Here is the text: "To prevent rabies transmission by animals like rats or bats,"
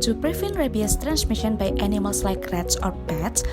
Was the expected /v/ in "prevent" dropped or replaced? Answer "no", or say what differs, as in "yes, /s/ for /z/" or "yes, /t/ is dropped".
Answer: yes, /f/ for /v/